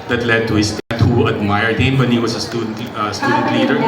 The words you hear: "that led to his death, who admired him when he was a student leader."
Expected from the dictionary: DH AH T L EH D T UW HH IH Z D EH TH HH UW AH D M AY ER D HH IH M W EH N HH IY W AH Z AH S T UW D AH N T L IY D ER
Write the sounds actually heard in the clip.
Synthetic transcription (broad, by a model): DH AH T L EH D T UW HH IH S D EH T HH UW AH D M AY ER D HH IH M W EH N HH IY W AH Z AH S T UW D AH N T L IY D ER